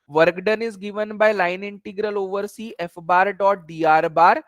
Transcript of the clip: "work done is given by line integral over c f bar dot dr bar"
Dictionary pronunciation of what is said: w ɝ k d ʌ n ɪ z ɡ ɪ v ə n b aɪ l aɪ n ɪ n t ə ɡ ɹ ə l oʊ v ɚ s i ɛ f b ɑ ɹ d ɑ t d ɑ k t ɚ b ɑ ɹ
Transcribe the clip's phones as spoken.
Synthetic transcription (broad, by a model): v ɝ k d ʌ n ɪ z ɡ ɪ v ə n b aɪ l aɪ n ɪ n t ə ɡ ɹ ə l oʊ v ɚ s i ɛ f b ɑ ɹ d ɑ t d ɑ t b ɑ ɹ